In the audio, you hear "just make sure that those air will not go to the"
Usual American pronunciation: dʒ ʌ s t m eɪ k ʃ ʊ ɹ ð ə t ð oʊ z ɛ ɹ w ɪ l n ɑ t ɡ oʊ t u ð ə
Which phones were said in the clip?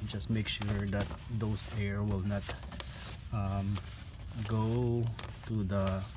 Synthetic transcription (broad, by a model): dʒ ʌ s t m eɪ k ʃ ʊ ɹ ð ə t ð oʊ s ɛ ɹ w ɪ l n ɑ t ɡ oʊ t u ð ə